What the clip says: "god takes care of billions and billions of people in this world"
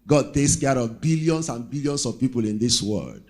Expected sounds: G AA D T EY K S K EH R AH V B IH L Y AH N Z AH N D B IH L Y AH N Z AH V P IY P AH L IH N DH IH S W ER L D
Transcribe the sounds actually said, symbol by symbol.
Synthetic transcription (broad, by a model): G AA D T EY K S K EH R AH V B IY L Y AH N S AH N B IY L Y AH N S AH V P IY P AH L IH N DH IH S W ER L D